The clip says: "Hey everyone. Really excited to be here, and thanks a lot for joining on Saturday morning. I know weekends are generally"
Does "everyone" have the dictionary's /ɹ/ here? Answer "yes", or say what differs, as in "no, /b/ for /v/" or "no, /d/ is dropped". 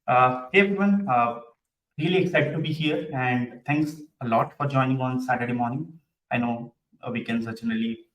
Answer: no, /ɹ/ is dropped